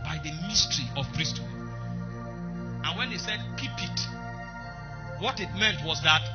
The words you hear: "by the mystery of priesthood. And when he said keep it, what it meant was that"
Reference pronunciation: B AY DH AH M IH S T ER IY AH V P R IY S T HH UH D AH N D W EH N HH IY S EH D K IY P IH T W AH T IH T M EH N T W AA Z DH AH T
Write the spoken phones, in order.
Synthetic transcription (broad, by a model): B AY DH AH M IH S T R IY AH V P R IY S T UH AH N W EH N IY S EH D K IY P IH T W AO T IH T M EH N T W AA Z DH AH T